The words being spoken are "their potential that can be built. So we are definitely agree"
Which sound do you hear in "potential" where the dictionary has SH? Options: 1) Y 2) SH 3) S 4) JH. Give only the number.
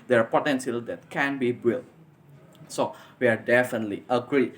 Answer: 3